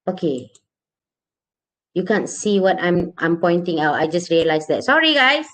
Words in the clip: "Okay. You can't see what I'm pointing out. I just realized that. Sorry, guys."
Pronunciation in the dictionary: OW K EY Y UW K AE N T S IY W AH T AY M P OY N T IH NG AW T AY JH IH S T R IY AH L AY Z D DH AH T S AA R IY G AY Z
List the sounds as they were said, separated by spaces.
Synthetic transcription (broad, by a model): OW K EY Y UW K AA N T S IY W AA T AY M P OY N T IH NG AW T AY JH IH S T R IY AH L AY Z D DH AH T S AA R IY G AY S